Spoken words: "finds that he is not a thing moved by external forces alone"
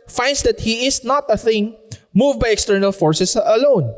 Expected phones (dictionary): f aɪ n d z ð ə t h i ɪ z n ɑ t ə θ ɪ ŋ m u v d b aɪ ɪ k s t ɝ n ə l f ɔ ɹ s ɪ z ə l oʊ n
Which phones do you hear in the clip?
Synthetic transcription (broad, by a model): f aɪ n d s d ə t h i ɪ s n ɑ t ə θ ɪ ŋ m u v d b aɪ ɪ k s t ɝ n ə l f ɔ ɹ s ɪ s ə l oʊ n